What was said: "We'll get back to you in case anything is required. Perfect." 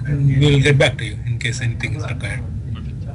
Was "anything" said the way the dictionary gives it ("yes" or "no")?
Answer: no